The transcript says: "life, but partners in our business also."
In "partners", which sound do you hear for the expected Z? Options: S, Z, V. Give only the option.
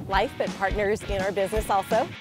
Z